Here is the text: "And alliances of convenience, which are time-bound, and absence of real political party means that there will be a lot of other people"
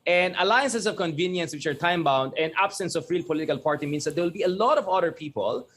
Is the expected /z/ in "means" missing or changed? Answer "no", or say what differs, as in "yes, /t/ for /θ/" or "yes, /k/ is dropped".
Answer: yes, /s/ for /z/